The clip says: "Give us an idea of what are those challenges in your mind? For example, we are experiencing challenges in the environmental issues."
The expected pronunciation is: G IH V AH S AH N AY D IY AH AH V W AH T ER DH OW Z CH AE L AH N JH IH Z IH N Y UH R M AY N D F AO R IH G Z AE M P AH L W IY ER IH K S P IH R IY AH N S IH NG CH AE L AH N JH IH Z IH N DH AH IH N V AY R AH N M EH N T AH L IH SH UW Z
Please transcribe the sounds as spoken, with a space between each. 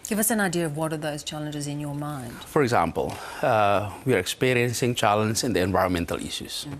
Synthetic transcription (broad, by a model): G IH V AH S AH N AY D IY AH AH V W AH T ER DH OW Z CH AE L AH N JH IH Z IH N Y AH R M AY N D F AO R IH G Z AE M P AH L W IY ER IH K S P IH R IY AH N S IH NG CH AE L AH N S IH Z IH N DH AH IH N V AY R AH N M EH N T AH L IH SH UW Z